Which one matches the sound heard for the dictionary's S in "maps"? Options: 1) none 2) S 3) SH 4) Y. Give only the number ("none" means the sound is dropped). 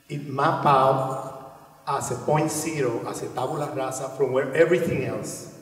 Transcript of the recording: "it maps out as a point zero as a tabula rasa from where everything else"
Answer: 1